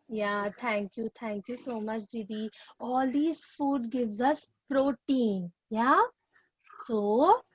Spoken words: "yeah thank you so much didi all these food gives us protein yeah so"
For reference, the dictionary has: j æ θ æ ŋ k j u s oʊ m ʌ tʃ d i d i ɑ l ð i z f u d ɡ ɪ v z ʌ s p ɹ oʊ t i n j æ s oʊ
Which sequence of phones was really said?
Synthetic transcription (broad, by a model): j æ t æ ŋ k j u s oʊ m ʌ tʃ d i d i ɑ l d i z f u d ɡ ɪ v z ʌ s p ɹ oʊ t i n j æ s oʊ